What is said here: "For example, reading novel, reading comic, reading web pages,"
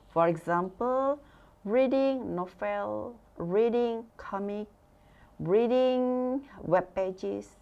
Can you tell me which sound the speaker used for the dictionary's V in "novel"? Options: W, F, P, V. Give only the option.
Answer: F